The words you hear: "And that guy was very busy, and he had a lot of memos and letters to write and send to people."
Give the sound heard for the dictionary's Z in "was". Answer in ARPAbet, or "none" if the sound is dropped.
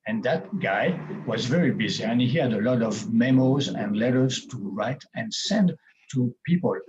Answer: Z